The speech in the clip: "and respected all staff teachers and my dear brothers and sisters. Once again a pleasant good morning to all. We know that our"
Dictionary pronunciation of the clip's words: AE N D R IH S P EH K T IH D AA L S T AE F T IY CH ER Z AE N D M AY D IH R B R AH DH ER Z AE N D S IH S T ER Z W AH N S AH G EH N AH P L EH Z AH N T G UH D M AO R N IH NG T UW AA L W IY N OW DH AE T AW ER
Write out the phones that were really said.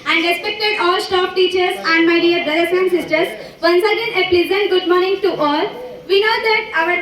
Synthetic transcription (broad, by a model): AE N D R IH S P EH K T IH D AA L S T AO P T IY CH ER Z AE N D M AY D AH R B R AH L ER S AE N D S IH S T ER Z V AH N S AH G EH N AH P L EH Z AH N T G UH D M AO R N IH NG T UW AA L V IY N OW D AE T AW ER